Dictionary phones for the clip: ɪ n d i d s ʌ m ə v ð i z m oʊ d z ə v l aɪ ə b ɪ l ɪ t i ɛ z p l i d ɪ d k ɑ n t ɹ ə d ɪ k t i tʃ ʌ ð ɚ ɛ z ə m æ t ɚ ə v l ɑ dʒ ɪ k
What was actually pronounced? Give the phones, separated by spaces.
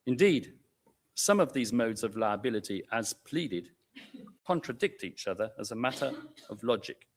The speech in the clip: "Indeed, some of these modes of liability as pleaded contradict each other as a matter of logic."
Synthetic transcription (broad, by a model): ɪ n d i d s ʌ m ə v ð i z m oʊ d z ə v l aɪ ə b ɪ l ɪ t i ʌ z p l i d ɪ d k ɑ n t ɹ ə d ɪ k t i tʃ ʌ ð ɚ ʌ z ə m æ t ɚ ə v l ɑ dʒ ɪ k